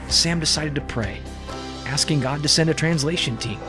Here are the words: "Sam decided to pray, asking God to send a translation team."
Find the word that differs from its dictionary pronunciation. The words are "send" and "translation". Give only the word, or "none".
none